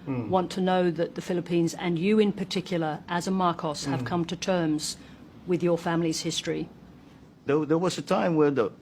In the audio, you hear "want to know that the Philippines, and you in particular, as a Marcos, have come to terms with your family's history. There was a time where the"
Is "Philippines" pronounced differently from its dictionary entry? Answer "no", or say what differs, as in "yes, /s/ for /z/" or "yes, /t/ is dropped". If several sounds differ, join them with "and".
no